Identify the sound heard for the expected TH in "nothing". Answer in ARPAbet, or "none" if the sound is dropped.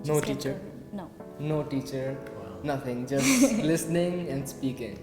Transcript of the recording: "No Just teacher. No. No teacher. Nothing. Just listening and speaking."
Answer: T